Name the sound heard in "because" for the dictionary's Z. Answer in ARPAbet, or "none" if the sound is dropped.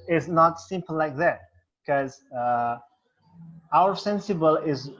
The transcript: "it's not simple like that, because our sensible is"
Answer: none